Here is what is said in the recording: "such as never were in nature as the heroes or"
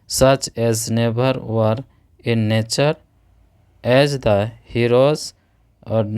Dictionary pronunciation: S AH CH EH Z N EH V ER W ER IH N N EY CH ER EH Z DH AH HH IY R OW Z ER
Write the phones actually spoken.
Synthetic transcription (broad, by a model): S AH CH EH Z N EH B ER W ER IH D N EY CH ER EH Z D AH HH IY R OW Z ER